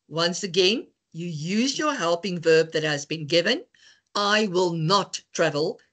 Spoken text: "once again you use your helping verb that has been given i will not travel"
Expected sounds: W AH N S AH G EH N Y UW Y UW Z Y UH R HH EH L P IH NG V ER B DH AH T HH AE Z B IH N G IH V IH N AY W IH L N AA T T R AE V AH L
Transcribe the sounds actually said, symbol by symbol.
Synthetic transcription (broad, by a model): W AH N S AH G EH N Y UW Y UW Z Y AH R HH EH L P IH NG V ER B DH AH T HH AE Z B IH N G IH V IH N AY W IH L N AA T T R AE V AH L